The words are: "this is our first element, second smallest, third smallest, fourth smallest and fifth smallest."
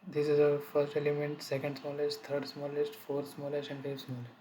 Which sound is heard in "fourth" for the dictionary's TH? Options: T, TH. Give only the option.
T